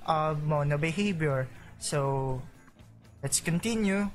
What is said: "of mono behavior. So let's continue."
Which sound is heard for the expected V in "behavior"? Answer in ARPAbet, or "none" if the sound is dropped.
B